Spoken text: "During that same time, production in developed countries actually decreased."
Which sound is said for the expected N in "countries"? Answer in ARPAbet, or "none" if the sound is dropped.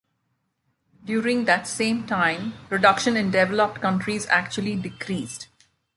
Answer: N